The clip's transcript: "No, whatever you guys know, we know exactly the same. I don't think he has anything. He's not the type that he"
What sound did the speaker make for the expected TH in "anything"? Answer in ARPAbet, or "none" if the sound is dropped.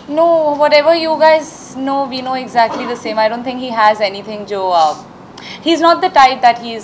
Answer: T